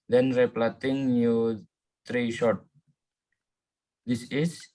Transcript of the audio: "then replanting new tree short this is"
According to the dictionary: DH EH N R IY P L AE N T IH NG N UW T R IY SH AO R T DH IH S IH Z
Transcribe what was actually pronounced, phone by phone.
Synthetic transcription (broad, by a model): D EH N R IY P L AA T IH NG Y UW T R IY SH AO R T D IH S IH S